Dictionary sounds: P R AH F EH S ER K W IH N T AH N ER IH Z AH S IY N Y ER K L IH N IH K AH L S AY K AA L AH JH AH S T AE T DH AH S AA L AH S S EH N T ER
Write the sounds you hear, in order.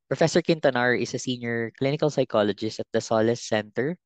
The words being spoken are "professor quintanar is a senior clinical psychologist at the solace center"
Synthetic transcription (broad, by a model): P R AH F EH S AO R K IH N T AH N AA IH S AH S IY N Y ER K L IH N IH K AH L S AY K AA L AH JH AH S T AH T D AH S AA L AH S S EH N T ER